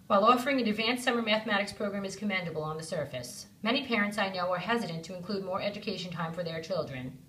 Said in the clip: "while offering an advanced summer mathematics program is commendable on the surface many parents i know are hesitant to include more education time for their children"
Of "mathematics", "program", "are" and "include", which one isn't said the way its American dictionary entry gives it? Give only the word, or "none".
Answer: none